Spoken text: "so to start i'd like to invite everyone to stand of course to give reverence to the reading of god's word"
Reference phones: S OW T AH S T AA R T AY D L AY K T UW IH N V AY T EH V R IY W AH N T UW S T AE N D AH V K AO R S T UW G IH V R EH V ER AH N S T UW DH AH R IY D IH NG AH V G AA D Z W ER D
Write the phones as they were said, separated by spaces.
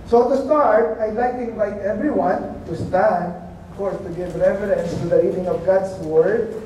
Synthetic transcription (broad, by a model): S OW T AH S T AA R T AY D L AY K T UW IH N V AY T EH V R IY W AH N T UW S T AE N D AH V K AO R S T UW G IH V R EH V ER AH N S T UW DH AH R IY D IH NG AH V G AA D S W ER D